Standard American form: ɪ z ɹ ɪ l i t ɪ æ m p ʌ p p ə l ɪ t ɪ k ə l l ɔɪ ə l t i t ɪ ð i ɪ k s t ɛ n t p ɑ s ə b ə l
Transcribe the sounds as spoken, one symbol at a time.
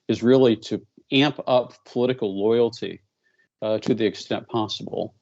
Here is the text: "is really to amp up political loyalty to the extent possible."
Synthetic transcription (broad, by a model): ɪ z ɹ ɪ l i t ɪ æ m p ʌ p p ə l ɪ t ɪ k l l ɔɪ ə l t i t ɪ ð i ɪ k s t ɛ n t p ɑ s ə b l